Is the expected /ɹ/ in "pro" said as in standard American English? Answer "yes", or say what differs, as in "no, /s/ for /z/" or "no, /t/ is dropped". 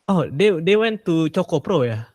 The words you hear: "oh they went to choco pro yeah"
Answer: yes